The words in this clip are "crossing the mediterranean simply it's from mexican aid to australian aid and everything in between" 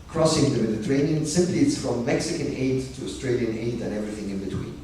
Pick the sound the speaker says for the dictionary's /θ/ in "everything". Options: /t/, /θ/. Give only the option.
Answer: /θ/